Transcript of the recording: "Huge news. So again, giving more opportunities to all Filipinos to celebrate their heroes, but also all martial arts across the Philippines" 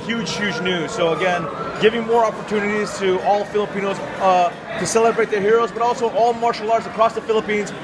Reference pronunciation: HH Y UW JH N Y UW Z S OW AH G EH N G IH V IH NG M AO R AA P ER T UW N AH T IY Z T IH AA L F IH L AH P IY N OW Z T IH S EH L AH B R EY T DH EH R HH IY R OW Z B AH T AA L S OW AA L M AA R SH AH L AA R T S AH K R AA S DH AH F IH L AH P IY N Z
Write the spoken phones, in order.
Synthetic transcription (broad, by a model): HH Y UW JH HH Y UW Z S OW AH G EH N G IH V IH NG M AO R AA P ER T UW N AH T IY Z T IH AA L F IH L AH P IY N OW Z T IH S EH L AH B R EY T DH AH R HH IY R OW Z B AH T AA L S OW AA L M AA R SH L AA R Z AH K R AA S DH AH F IH L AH P IY N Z